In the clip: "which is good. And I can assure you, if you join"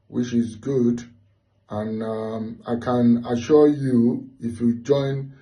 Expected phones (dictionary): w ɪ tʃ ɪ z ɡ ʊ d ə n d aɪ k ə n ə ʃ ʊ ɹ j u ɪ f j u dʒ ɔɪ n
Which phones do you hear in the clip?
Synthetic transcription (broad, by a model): w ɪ tʃ ɪ z ɡ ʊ d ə n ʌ aɪ k ə n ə ʃ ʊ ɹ j u ɪ f j u dʒ ɔɪ n